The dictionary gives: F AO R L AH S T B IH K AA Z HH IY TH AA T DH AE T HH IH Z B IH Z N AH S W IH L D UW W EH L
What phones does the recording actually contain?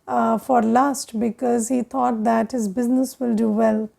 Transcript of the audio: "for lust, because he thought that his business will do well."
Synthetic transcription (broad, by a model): F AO R L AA S T B IH K AA Z HH IY T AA T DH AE T HH IH Z B IH Z N AH S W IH L D UW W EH L